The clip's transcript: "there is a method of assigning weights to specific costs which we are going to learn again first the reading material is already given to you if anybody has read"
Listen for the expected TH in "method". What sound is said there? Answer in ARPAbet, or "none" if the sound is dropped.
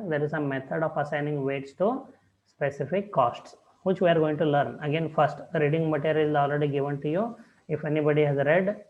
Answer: T